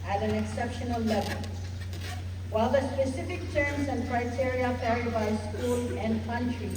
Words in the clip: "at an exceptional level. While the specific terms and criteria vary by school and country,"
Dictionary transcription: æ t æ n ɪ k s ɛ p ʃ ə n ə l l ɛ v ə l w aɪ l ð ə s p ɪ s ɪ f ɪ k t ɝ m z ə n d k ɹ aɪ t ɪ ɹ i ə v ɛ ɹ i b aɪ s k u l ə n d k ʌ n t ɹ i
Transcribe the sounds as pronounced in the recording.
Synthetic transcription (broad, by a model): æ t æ n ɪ k s ɛ p ʃ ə n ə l l ɛ v ə l w aɪ l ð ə s p ɪ s ɪ f ɪ k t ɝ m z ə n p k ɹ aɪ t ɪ ɹ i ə p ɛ ɹ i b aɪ s k u l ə n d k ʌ n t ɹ i